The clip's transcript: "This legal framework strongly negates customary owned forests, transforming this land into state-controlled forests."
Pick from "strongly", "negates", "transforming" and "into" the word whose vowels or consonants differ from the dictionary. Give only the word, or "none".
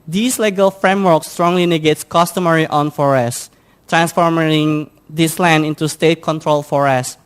none